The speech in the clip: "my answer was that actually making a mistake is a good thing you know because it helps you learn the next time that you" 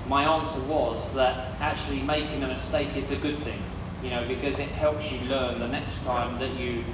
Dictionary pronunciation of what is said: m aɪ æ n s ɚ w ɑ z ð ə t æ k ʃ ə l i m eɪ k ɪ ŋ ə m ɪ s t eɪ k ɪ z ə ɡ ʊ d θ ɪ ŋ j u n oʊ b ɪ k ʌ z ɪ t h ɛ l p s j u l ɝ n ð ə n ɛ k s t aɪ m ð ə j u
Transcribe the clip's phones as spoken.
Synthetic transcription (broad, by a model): m aɪ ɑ n s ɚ w ɑ z ð ə t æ k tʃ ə l i m eɪ k ɪ ŋ ə m ɪ s t eɪ k ɪ z ə ɡ ʊ d θ ɪ ŋ j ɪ n oʊ b ɪ k ʌ z ɪ t h ɛ l p s j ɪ l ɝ n ð ə n ɛ k s t aɪ m ð ə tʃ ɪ